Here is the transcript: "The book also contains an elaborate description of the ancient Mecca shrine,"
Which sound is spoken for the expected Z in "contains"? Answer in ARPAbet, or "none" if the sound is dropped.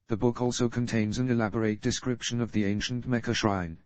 Z